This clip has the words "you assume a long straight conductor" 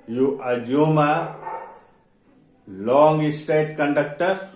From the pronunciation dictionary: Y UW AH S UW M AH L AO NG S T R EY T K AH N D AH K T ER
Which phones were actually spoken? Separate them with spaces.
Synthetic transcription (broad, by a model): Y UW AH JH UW M AH L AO NG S T EY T K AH N D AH K T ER